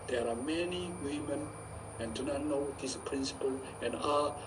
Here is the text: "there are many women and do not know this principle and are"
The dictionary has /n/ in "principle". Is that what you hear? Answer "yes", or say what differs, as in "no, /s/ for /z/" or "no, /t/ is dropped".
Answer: yes